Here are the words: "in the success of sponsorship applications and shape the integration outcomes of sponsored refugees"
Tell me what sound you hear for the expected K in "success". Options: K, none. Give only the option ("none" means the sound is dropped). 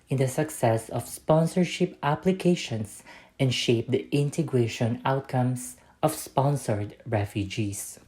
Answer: K